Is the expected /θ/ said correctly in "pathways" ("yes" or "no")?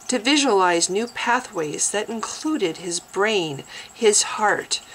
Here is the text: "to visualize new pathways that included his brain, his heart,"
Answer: yes